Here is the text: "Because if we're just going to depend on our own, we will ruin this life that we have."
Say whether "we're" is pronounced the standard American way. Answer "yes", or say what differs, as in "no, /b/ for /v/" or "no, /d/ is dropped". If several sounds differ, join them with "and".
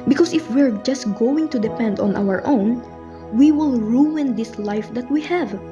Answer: yes